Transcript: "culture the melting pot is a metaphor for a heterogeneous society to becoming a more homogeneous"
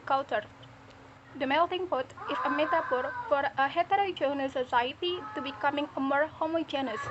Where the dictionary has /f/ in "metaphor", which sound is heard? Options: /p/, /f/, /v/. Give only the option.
/p/